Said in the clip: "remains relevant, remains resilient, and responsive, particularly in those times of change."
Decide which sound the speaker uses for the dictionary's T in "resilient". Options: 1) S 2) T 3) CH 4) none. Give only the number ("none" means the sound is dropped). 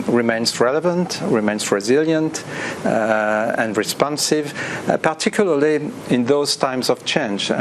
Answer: 2